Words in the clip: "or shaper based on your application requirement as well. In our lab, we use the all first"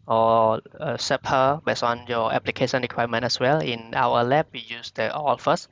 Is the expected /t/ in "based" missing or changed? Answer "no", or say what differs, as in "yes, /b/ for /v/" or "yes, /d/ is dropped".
yes, /t/ is dropped